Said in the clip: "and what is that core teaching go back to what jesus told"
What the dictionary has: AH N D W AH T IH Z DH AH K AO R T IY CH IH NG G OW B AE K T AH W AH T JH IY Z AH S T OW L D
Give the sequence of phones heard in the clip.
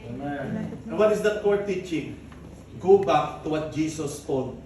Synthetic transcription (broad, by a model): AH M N W AH T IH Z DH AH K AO R T IY CH IH NG G OW B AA K T AH W AH T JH IY S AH S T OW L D